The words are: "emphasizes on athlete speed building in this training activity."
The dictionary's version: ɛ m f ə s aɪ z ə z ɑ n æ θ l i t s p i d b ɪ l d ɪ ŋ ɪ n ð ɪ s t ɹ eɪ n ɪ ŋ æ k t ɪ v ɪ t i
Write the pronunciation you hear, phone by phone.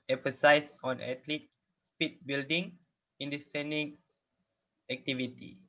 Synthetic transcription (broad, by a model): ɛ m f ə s aɪ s ɑ n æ t l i t s p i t b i l d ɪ ŋ ɪ n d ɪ s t eɪ n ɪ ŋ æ k t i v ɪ t i